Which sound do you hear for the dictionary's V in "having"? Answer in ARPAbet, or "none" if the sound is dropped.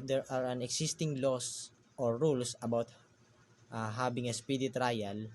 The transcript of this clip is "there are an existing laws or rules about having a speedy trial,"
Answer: B